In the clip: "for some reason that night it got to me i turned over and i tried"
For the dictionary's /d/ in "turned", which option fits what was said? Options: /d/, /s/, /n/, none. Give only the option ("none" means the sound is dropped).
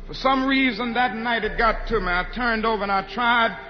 /d/